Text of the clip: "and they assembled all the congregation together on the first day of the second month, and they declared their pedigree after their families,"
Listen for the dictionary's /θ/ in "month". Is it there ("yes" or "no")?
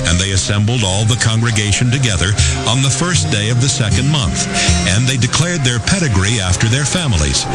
yes